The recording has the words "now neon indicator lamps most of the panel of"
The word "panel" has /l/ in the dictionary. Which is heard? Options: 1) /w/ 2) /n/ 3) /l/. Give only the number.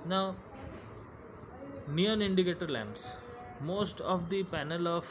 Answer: 3